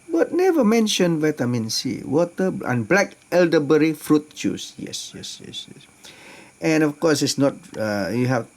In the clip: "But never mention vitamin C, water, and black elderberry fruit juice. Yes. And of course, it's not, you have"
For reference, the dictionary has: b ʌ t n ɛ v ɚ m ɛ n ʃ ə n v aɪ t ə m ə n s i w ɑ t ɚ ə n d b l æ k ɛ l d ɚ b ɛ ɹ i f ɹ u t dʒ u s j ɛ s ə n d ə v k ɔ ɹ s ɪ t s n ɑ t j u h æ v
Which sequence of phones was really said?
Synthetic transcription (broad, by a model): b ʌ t n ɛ v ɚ m ɛ n ʃ ə n v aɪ t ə m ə n s i w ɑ t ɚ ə n b l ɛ k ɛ l d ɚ b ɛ ɹ i f ɹ u t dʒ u s j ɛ s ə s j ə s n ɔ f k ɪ s s n ɑ t j u h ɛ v